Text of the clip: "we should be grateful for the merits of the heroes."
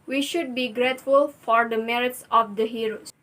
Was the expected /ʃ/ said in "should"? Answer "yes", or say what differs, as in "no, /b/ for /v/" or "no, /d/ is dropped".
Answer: yes